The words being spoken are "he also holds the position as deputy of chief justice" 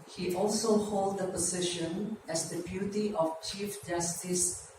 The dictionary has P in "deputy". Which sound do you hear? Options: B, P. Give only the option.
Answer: B